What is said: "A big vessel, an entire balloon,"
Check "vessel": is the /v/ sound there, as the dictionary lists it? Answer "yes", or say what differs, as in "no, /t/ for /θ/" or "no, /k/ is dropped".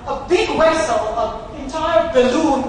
no, /w/ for /v/